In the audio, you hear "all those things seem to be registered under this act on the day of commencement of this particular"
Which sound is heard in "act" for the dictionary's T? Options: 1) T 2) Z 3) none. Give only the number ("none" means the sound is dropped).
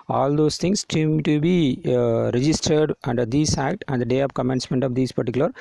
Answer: 1